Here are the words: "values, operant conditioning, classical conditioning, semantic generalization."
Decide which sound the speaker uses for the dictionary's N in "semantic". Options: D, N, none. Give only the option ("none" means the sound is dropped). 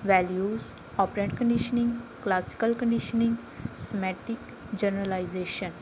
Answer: none